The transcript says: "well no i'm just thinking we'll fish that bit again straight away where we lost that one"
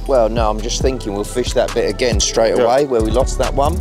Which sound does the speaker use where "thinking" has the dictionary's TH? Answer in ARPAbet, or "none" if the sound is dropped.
TH